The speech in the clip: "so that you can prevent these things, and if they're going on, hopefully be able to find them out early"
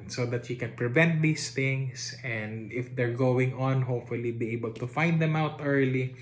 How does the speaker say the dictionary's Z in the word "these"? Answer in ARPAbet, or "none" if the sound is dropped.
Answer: S